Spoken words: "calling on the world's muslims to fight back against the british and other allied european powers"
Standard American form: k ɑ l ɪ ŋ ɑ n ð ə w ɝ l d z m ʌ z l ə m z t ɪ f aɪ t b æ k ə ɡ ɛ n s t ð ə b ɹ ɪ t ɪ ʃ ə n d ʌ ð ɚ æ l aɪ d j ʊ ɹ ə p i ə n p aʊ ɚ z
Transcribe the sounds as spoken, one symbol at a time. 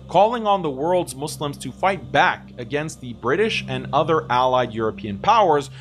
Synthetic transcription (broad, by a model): k ɑ l ɪ ŋ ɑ n ð ə w ɝ l d z m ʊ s l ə m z t ɪ f aɪ t b æ k ə ɡ ɛ n s t ð ə b ɹ ɪ t ɪ ʃ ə n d ʌ ð ɚ æ l aɪ d j ʊ ɹ ə p i ə n p aʊ ɚ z